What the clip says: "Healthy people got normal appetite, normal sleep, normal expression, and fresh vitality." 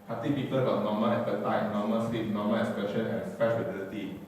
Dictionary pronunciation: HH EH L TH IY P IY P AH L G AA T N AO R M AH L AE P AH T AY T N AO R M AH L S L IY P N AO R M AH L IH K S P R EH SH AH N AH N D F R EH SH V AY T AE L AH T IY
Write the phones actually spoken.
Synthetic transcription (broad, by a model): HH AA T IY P IY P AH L G AA T N AO M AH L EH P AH T AY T N AO M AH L S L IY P N AO M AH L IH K S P EH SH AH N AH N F EH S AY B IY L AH T IY